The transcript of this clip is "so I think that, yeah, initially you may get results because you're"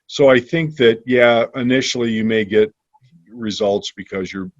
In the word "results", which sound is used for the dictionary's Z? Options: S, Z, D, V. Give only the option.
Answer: Z